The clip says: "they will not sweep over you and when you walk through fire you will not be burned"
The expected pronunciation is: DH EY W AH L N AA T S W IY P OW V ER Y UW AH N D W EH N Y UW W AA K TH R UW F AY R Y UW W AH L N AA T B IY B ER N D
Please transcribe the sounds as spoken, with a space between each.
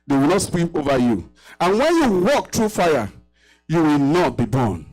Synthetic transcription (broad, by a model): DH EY W AH L N AA T S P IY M OW V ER Y UW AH N W EH N Y UW W AA K T R UW F AY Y Y UW W AH L N AA T B IY B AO N